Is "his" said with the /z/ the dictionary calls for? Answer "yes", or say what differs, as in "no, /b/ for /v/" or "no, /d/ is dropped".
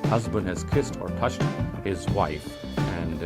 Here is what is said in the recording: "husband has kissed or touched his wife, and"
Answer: yes